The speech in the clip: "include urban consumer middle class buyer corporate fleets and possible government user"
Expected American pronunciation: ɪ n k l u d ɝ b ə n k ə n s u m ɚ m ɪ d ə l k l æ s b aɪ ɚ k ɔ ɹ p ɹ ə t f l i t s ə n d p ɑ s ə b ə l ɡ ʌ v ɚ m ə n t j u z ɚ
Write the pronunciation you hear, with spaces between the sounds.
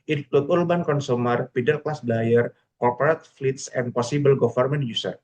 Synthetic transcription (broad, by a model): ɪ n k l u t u b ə n k ə n s u m ɚ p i d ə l k l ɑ s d aɪ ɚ k ɔ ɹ p ɹ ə t f l i t s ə n p ɑ s ə b ə l ɡ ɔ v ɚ m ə n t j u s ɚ